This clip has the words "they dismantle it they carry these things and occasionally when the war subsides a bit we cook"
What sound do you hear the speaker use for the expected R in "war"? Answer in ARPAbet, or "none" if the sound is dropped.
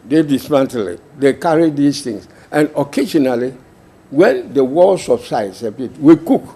L